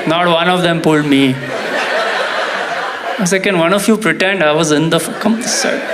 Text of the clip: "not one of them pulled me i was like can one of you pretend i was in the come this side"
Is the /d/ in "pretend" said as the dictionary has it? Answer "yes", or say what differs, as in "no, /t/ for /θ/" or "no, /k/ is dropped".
yes